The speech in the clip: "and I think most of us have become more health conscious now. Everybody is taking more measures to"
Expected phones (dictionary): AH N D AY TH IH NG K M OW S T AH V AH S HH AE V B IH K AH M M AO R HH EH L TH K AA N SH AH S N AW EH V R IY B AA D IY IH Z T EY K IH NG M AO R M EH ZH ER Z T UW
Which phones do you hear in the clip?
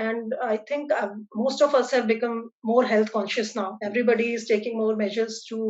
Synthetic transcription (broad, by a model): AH N D AY T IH NG K M OW S T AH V AH S HH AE V B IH K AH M M AO R HH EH L T K AA N SH AH S N AW EH V R IY B AA D IY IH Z T EY K IH NG M AO R M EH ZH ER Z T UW